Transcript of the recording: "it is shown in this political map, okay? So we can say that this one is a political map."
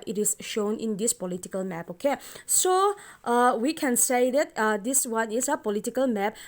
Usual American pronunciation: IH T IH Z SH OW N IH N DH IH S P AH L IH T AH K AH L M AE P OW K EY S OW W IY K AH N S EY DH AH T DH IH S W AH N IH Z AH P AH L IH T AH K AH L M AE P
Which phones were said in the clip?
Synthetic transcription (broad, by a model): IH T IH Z SH OW N IH N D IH S P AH L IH T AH K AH L M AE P OW K EY S OW W IY K AH N S EY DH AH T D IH S W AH N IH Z AH P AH L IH T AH K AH L M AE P